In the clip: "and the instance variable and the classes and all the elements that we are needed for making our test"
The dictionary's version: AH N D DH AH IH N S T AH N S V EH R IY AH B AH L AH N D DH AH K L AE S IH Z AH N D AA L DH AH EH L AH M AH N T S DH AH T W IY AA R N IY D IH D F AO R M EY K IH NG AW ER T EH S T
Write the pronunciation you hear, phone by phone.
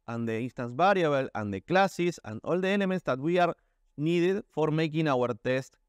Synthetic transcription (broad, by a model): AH N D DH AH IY N S T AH N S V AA R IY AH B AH L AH N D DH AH K L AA S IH S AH N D AA L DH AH EH L AH M AH N T S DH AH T W IY AA R N IY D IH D F AO R M EY K IH NG AW ER T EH S T